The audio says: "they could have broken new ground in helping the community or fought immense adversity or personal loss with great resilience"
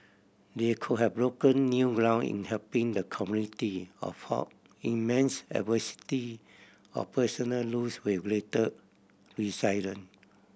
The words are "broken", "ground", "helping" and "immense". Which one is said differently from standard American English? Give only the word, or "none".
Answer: ground